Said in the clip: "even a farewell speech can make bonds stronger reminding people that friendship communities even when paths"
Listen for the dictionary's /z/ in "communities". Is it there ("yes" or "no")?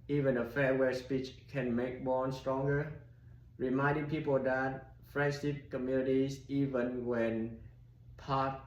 no